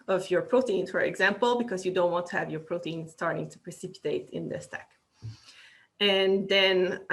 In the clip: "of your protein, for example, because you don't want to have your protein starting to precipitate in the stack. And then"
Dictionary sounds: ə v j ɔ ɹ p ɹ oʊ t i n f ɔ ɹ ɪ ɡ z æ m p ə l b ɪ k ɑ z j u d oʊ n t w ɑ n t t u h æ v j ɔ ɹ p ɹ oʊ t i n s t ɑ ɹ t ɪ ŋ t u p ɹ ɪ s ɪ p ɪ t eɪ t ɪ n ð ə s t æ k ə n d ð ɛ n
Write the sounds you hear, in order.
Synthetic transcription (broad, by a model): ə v j ɔ ɹ p ɹ oʊ t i n f ɔ ɹ ɪ ɡ z æ m p ə l b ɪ k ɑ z j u d oʊ n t w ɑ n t t u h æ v j ɔ ɹ p ɹ oʊ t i n s t ɑ ɹ t ɪ ŋ t u p ɹ ɪ s ɪ p ɪ t eɪ t ɪ n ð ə s t æ k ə n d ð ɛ n